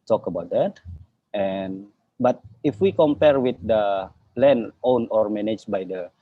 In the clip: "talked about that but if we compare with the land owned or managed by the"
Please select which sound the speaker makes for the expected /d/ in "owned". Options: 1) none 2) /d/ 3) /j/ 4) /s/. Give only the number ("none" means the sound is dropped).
1